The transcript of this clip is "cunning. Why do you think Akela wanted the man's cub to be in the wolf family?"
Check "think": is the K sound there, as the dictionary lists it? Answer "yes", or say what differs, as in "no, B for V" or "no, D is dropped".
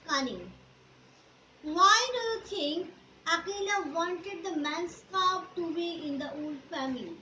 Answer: no, K is dropped